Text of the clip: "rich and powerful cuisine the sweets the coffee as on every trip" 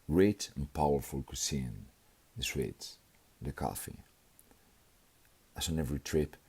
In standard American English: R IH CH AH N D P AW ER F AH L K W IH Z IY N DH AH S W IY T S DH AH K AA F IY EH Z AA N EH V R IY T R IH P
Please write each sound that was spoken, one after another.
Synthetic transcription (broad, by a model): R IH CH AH N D P AW ER F AH L K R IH S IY N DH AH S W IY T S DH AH K AA F IY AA S AA N EH V R IY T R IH P